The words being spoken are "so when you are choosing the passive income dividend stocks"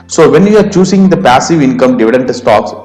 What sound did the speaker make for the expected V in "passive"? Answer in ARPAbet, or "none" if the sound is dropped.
V